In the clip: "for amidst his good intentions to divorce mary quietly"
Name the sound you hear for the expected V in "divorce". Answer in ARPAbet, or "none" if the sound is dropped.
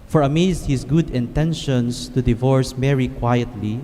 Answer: V